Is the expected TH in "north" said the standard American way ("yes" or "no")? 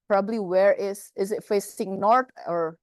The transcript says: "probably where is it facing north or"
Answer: no